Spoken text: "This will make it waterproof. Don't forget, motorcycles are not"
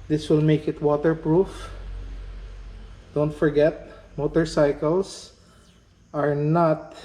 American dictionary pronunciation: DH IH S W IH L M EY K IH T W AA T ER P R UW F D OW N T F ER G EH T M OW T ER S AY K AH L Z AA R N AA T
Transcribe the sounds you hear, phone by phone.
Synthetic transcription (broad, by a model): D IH S W IH L M EY K IH T W AA T ER P R UW F D OW N T F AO G EH T M OW T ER S AY K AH L S AA R N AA T